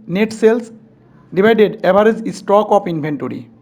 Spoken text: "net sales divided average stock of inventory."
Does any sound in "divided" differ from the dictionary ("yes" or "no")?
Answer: yes